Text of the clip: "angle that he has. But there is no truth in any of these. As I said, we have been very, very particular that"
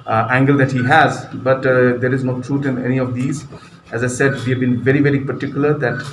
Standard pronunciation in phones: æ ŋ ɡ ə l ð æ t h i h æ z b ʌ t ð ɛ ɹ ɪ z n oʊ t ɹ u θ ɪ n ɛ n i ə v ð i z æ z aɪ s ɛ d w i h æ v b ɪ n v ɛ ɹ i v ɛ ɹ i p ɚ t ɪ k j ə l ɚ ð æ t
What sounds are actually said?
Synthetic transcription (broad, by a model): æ ŋ ɡ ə l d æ t h i h æ z b ʌ t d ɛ ɹ ɪ z n oʊ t ɹ u t ɪ n ɛ n i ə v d i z æ z aɪ s ɛ d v i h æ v b ɪ n v ɛ ɹ i v ɛ ɹ i p ɚ t ɪ k j ə l ɚ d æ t